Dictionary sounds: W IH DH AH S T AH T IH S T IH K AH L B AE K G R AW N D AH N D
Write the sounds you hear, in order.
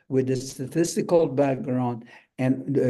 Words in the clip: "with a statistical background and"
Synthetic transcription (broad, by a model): W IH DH AH S T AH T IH S T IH K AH L B AE K G R AW N D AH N